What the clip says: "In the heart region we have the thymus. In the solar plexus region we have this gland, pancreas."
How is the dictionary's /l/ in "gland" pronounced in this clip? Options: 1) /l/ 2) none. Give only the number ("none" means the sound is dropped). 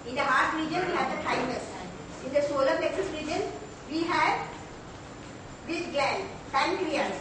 2